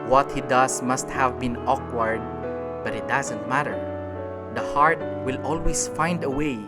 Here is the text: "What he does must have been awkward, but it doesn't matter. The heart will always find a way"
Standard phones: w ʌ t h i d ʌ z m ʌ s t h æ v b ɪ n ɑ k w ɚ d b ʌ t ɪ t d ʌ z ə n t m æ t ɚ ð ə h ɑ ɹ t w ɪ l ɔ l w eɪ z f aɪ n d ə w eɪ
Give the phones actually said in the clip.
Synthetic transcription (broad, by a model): w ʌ t h i d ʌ s m ʌ s t h æ v b ɪ n ɑ k w ɚ d b ʌ t ɪ t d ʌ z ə n t m æ t ɚ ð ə h ɑ ɹ t w ɪ l ɔ l w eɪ s f aɪ n d ə w eɪ